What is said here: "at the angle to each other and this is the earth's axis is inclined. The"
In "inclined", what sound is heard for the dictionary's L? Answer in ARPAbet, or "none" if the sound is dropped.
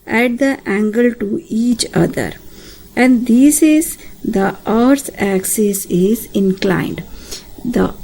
L